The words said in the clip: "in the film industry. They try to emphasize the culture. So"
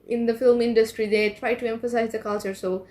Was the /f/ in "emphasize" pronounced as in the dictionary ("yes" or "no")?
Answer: yes